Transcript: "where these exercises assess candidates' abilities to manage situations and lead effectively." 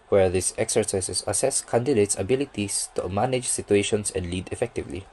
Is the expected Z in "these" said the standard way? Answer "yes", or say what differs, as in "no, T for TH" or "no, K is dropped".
no, S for Z